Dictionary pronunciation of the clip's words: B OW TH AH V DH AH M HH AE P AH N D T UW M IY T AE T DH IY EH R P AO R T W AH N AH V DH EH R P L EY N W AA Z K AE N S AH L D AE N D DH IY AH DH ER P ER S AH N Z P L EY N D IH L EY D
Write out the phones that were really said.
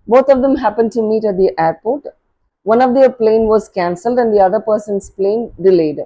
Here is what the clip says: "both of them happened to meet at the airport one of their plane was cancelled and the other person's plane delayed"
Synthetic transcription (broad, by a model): B OW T AH V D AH M HH AE P AH N D T UW M IY T AE T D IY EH R P AO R T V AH N AH V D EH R P L EY N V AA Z K AE N S AH L D AE N D IY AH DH ER P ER S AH N S P L EY N D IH L EY D